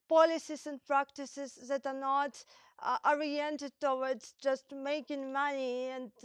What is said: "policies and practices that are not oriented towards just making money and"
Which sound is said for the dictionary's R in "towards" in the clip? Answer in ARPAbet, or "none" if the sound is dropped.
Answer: W